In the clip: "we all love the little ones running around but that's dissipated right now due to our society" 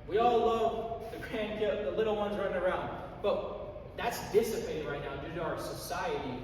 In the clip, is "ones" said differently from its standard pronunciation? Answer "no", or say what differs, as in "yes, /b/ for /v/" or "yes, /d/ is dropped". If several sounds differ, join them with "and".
no